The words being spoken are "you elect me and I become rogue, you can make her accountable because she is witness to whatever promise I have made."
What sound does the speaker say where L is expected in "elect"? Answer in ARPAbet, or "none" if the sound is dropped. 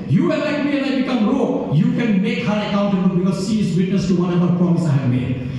N